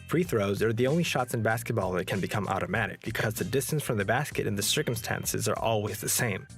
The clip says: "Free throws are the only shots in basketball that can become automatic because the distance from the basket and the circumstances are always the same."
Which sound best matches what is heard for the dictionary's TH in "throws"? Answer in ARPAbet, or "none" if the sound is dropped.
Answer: TH